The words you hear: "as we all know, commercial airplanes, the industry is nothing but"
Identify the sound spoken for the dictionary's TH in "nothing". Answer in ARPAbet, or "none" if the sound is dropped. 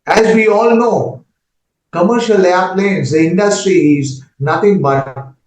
T